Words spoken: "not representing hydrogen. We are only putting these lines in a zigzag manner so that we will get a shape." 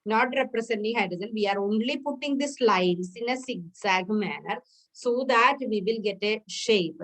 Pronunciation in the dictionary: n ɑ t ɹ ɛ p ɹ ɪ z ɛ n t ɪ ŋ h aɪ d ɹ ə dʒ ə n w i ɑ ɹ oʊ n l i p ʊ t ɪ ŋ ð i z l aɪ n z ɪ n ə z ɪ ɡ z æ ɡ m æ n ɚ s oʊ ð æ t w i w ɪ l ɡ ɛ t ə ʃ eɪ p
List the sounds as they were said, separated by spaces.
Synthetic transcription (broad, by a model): n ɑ t ɹ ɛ p ɹ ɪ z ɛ n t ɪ ŋ h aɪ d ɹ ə z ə n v i ɑ ɹ oʊ n l i p ʊ t ɪ ŋ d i s l aɪ n s ɪ n ə s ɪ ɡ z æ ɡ m æ n ɚ s oʊ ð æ t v i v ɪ l ɡ ɛ t ə ʃ eɪ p